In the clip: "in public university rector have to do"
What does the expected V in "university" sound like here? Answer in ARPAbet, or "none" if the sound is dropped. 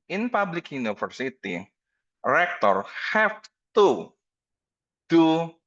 F